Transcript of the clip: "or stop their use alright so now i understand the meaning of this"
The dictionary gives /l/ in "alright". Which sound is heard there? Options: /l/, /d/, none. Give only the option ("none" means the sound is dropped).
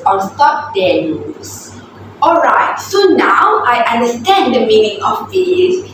/l/